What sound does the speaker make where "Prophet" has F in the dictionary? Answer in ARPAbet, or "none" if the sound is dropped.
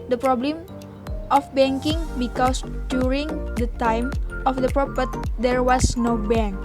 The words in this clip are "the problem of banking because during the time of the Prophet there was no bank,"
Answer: P